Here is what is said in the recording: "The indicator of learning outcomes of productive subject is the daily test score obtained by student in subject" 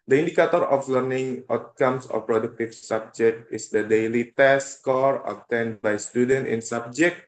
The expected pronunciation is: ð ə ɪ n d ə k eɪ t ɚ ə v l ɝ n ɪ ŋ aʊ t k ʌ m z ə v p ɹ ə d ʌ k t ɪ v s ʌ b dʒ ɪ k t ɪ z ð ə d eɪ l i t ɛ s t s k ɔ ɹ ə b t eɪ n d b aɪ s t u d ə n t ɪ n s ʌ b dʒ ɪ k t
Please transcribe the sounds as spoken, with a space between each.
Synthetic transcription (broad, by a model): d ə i n d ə k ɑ t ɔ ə f l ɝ n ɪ ŋ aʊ t k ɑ m s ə f p ɹ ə d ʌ k t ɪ f s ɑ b dʒ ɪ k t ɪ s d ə d eɪ l i t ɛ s s k ɔ ɹ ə t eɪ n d b aɪ s t u d ə n t ɪ n s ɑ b dʒ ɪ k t